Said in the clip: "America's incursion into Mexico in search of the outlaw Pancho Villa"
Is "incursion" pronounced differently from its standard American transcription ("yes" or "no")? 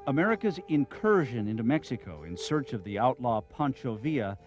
no